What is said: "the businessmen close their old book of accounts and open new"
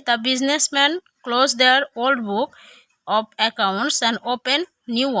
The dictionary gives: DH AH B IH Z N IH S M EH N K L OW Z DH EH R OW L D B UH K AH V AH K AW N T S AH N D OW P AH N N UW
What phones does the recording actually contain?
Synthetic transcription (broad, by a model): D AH B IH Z N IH S M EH N K L OW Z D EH R OW L D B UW K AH B AH K AW N T S AH N D OW P AH N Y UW